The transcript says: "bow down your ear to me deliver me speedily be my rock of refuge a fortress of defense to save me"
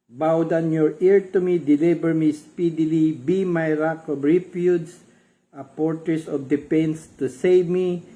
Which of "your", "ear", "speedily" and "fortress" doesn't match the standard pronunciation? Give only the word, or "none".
fortress